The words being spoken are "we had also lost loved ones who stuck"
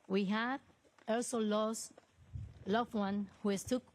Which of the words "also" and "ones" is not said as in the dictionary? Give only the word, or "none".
ones